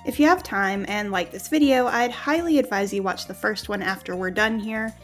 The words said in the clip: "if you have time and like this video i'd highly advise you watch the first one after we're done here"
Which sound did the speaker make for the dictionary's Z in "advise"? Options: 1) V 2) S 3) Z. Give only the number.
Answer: 3